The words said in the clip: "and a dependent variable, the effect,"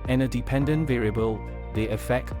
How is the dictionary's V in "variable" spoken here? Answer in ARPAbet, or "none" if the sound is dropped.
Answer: V